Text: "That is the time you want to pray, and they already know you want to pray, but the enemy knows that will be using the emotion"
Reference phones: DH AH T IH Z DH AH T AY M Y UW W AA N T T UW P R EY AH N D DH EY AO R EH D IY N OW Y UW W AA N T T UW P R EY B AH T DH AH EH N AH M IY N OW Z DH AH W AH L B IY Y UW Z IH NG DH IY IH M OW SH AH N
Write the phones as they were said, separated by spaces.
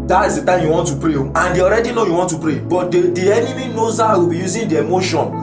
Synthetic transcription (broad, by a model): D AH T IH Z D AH T AY M Y UW W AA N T T UW P R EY AH N D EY AO R EH D IY N OW Y UW W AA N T T UW P R EY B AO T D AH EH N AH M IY N OW Z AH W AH B IY Y UW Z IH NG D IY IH M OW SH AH N